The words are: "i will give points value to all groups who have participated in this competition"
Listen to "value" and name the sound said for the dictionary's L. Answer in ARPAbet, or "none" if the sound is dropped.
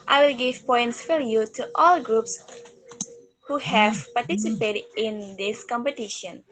none